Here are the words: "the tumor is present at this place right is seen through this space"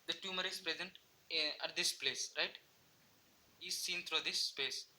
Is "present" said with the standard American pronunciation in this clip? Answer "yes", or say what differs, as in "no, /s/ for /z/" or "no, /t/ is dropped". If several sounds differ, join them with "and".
yes